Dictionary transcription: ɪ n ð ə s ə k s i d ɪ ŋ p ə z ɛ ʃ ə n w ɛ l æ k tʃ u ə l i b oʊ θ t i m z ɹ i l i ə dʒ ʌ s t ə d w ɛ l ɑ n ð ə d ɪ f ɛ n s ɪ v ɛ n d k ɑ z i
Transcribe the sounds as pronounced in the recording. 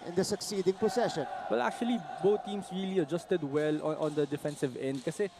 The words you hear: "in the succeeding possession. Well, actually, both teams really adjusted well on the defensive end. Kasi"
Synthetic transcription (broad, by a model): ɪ n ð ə s ə k s i d ɪ ŋ p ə s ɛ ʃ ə n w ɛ l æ k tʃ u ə l i b oʊ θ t i m s ɹ i l i ə dʒ ʌ s t ə d w ɛ l ɑ n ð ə d ɪ f ɛ n s ɪ v ɛ n d k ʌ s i